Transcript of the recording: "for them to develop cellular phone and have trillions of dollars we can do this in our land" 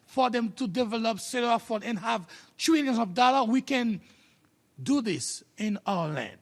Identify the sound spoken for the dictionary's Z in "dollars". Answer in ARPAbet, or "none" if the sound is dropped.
none